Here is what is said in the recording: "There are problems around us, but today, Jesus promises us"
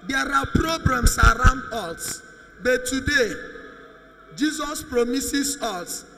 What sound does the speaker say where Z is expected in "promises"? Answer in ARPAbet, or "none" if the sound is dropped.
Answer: S